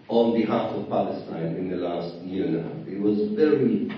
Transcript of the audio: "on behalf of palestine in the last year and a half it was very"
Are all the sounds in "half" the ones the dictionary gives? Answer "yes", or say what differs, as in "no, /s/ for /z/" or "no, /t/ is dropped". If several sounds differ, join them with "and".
no, /f/ is dropped